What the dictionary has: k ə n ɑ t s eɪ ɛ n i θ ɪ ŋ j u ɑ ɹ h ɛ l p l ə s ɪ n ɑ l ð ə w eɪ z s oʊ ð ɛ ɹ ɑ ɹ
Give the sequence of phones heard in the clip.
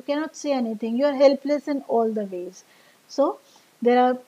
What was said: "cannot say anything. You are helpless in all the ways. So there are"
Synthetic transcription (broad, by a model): k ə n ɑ t s eɪ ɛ n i t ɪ ŋ j u ɑ ɹ h ɛ l p l ə s ɪ n ɑ l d ə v eɪ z s oʊ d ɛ ɹ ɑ ɹ